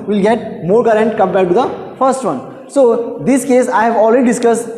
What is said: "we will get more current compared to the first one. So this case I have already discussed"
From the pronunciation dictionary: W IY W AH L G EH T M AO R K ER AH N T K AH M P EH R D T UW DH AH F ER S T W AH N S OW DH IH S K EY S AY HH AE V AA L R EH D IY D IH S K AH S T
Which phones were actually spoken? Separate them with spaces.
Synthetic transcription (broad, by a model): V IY L G EH T M AO R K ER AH N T K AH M B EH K T UW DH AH F ER S T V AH N S OW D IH S K EY S AY HH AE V AA L R EH D IY D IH S K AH S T